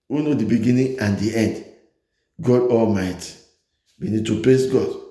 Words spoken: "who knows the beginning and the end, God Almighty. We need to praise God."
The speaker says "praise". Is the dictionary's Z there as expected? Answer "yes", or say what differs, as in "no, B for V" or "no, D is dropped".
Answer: no, S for Z